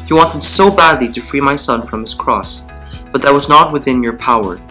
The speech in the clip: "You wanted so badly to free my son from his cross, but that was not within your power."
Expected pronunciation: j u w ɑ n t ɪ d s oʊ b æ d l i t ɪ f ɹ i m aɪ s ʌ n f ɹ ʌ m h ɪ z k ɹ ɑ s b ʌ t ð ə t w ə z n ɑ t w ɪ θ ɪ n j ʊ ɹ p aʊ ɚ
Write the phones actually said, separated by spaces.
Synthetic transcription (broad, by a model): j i w ɑ n t ɪ d s oʊ b æ d l i t ɪ f ɹ i m aɪ s ʌ n f ɹ ʌ m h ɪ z k ɹ ɑ s b ʌ t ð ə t w ə z n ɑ t w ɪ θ ɪ n j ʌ ɹ p aʊ ɚ